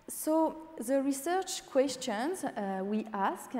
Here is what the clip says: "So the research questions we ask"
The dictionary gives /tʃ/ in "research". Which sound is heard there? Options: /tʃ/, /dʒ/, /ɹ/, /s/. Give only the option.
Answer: /tʃ/